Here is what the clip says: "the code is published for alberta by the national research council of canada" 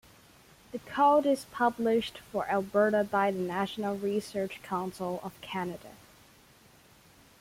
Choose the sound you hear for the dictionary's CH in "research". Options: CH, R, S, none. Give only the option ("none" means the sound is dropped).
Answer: CH